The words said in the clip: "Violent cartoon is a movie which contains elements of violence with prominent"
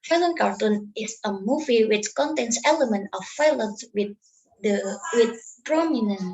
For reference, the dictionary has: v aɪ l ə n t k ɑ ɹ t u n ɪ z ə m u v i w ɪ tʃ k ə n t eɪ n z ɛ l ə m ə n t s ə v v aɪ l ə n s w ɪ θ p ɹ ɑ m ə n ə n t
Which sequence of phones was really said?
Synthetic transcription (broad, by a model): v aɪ l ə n k ɑ ɹ t u n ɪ s ə m u v i w ɪ tʃ k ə n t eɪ n s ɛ l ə m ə n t ə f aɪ l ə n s w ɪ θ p ɹ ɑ m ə n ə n